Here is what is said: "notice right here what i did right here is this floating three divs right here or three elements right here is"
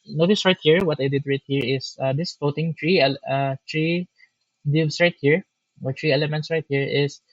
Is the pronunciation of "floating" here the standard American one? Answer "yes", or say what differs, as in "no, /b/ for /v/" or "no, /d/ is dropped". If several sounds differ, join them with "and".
no, /l/ is dropped